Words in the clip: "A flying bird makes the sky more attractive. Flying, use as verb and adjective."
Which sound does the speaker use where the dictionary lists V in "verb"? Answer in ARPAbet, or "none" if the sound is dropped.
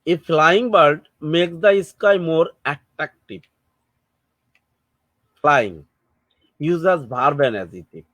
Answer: B